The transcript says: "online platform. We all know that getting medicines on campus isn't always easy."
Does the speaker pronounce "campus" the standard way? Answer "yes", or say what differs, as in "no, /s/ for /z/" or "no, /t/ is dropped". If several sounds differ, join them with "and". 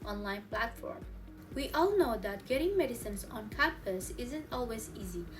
no, /m/ is dropped